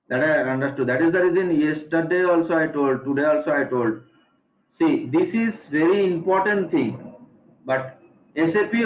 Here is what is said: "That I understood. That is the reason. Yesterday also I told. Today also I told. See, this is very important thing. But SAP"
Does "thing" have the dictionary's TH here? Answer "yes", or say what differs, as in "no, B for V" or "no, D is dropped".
no, T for TH